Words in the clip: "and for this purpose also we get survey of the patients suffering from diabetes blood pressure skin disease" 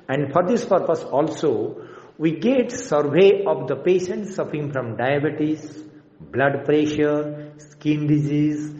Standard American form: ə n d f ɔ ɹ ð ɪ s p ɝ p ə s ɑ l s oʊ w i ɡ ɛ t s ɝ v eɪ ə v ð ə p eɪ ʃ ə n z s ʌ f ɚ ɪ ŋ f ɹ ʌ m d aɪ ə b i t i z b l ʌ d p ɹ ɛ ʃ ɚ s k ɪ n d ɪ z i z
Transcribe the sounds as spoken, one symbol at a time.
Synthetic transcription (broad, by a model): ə n d f ɔ ɹ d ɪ s p ɝ p ə s ɑ l s oʊ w i ɡ ɛ t s ɝ v eɪ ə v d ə p eɪ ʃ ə n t s ʌ f ɚ ɪ ŋ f ɹ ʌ m d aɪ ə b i t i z b l ʌ d p ɹ ɛ ʃ ɚ s k ɪ n d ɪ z i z